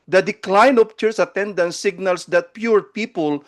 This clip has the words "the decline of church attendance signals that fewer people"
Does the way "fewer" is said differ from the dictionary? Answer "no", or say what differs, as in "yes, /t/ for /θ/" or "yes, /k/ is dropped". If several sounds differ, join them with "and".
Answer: yes, /p/ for /f/